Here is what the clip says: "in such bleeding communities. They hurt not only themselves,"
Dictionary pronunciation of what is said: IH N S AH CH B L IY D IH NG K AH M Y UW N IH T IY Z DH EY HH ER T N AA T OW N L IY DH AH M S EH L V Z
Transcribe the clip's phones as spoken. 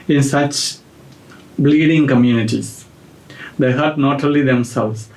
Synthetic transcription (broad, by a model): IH N S AH CH B L IY D IH NG K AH M Y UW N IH T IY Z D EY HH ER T N AA T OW L IY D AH M S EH L V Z